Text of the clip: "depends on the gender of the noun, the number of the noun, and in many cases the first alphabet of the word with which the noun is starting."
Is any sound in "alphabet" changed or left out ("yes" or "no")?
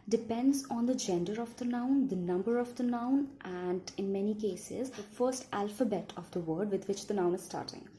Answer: no